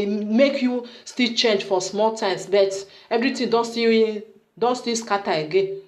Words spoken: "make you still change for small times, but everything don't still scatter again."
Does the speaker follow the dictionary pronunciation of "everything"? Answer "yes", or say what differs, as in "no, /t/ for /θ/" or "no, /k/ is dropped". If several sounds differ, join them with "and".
no, /t/ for /θ/